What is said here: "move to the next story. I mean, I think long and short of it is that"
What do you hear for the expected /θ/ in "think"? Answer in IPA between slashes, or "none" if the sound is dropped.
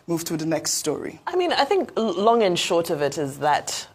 /θ/